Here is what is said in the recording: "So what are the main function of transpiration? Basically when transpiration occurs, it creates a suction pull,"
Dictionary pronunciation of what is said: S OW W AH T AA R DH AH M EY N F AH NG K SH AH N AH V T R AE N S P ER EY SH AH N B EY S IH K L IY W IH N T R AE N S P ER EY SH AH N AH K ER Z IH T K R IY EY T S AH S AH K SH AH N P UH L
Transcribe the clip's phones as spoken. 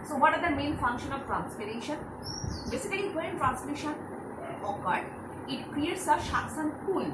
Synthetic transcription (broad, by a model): S OW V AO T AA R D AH M EY N F AH NG K SH AH N AH V T R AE N S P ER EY SH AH N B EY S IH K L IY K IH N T R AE N S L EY SH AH N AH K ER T IH T K R IY EY T S AH SH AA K S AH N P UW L